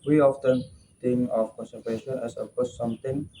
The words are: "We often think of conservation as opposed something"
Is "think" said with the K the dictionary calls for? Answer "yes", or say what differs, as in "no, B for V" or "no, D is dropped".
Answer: no, K is dropped